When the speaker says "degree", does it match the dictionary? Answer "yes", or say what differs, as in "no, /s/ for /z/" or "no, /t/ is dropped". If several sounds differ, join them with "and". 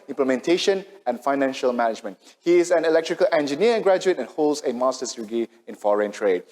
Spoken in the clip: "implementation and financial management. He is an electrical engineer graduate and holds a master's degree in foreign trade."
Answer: no, /ɹ/ is dropped